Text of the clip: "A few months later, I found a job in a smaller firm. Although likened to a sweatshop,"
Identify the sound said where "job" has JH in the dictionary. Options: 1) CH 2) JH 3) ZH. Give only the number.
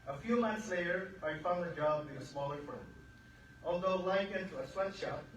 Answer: 2